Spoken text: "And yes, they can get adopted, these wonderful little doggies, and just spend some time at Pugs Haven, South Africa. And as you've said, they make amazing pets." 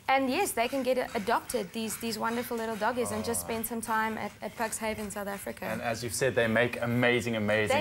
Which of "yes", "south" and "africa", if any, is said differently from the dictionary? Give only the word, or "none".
none